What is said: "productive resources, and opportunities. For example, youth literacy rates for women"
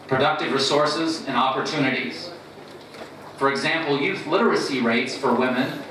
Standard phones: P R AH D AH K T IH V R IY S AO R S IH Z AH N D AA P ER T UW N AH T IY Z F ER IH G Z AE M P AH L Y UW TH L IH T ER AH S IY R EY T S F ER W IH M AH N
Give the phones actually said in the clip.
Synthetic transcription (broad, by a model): P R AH D AH K T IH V R IY S AO R S IH Z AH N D AA P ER T UW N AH T IY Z F ER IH G Z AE M P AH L Y UW TH L IH T ER AH S IY R EY T S F ER W IH M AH N